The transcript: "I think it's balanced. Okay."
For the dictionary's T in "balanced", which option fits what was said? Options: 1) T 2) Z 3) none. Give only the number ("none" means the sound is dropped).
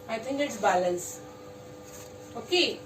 3